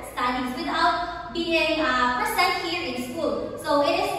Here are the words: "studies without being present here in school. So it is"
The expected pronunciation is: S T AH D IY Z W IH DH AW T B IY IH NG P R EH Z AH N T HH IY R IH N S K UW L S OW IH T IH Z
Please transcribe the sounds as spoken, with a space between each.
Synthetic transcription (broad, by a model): S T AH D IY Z W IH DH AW T B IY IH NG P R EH S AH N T HH IY R IH N S K UW L S OW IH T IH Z